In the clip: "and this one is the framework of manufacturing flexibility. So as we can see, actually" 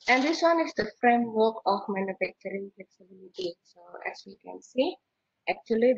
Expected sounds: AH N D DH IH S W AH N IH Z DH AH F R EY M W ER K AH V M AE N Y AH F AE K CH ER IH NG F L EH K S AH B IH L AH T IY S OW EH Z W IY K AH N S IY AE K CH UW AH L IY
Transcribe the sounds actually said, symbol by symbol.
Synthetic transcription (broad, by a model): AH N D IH S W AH N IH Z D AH F R EY M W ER K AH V M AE N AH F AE K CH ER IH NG F L EH K S AH B IH L AH T IY S OW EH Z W IY K AH N S IY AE K CH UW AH L IY